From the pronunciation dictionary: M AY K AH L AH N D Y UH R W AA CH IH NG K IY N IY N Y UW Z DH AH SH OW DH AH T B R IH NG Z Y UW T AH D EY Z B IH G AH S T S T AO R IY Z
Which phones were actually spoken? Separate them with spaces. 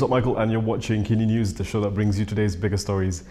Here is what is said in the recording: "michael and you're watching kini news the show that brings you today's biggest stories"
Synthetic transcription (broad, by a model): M AY K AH L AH N Y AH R W AA CH IH NG K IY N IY N Y UW Z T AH SH OW DH AH T B R IH NG Z Y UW T AH D EY Z B IH G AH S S T AO R IY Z